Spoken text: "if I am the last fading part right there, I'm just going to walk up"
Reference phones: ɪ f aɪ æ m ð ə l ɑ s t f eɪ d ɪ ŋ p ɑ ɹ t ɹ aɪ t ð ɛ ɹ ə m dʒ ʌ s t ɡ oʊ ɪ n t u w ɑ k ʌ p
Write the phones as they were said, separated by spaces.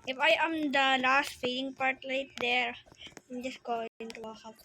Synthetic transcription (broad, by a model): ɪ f aɪ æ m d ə l ɑ s t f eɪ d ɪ ŋ p ɑ ɹ t l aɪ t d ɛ ɹ ə m dʒ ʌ s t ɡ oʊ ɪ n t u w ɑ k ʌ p